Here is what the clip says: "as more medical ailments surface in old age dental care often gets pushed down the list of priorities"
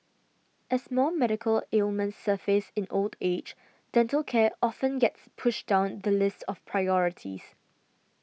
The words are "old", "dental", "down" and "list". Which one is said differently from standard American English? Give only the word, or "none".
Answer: none